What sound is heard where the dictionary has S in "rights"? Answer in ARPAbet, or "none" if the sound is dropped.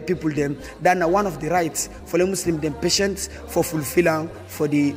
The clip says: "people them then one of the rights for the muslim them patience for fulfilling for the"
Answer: S